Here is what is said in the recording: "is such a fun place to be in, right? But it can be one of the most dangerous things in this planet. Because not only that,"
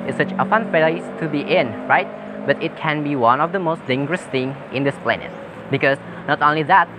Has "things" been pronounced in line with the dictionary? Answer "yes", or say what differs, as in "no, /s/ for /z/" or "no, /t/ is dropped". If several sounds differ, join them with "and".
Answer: no, /z/ is dropped